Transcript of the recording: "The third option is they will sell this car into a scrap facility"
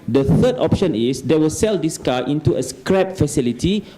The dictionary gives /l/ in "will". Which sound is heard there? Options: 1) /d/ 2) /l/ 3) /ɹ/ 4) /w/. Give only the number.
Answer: 2